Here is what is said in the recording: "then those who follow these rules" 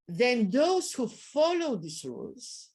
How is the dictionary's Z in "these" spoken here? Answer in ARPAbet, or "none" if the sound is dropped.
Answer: S